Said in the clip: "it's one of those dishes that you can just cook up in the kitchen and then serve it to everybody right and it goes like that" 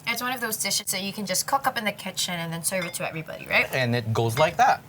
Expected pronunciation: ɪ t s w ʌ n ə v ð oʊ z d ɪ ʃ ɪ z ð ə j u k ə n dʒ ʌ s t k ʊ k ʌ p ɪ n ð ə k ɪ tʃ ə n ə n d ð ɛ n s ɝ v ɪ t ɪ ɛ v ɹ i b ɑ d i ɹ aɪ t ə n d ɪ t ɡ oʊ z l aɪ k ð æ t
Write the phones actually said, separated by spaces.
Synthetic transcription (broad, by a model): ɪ t s w ʌ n ə v ð oʊ z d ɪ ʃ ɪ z ð ə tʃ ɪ k ə n dʒ ʌ s k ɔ k ʌ p ɪ n ð ə k ɪ tʃ ə n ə n ð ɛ n s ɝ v ɪ t ɪ ɛ v ɹ i b ɑ d i ɹ aɪ t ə n ɪ t ɡ oʊ z l aɪ k ð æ t